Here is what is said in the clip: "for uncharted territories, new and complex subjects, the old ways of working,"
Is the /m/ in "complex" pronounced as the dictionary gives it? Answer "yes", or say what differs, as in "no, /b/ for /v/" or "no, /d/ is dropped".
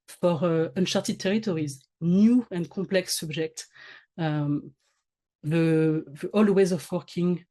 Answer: no, /m/ is dropped